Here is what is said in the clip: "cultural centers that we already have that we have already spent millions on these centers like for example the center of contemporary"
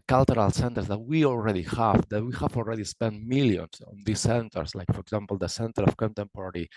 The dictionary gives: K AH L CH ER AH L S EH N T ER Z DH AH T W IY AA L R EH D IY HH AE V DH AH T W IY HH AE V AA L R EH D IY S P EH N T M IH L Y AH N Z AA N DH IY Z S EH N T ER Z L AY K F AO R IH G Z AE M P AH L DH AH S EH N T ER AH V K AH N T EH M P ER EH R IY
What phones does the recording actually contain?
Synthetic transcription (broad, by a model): K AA L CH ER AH L S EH N T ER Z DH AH T W IY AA L R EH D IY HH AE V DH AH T W IY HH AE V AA L R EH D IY S P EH N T M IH L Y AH N S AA N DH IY S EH N T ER S L AY K F AO R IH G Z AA M P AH L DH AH S EH N T ER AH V K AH N T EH M P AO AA R IY